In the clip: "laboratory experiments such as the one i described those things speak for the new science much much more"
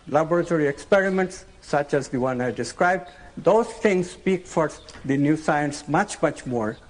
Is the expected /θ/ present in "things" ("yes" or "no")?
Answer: no